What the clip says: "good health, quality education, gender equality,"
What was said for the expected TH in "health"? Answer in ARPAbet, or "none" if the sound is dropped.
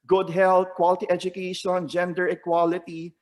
T